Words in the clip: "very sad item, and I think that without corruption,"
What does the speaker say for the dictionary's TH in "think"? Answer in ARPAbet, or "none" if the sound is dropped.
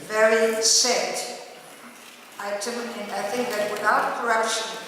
TH